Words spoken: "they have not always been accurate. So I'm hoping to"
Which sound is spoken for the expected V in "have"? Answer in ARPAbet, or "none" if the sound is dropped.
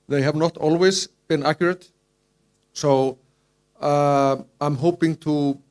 V